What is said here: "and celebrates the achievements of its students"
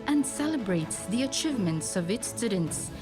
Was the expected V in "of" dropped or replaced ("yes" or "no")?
no